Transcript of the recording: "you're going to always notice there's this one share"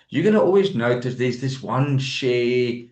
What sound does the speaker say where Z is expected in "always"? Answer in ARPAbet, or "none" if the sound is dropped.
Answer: Z